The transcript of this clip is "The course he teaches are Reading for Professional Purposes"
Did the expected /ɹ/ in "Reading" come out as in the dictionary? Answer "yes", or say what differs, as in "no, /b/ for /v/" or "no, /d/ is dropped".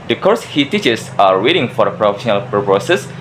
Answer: no, /w/ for /ɹ/